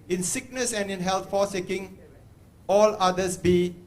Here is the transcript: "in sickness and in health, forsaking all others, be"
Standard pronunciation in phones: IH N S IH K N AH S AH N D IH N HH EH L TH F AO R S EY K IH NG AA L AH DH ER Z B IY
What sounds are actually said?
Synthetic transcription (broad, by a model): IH N S IH K N AH S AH N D IH N HH EH L T F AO S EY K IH NG AA L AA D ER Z B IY